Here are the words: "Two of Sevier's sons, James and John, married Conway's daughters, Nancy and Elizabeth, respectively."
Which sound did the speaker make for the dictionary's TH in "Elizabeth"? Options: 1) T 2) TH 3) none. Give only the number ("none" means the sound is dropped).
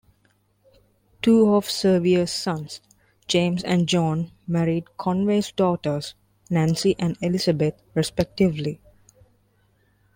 1